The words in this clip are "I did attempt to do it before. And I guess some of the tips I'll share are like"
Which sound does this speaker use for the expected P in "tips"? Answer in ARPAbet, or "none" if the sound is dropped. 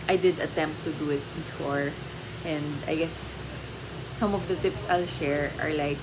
P